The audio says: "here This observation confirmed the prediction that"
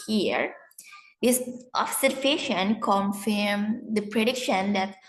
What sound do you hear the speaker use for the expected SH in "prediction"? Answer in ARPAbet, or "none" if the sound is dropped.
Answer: SH